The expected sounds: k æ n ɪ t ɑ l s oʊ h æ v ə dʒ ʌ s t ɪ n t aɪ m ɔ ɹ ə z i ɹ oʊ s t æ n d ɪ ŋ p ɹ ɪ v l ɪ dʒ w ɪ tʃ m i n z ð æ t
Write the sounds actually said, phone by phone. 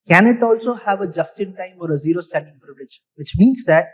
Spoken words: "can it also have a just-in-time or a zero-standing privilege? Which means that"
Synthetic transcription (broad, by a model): k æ n ɪ t ɑ l s oʊ h æ v ə dʒ ʌ s t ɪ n t aɪ m ɔ ɹ ə z i ɹ oʊ s t æ n d ɪ ŋ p ɹ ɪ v l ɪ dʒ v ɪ tʃ m i n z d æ t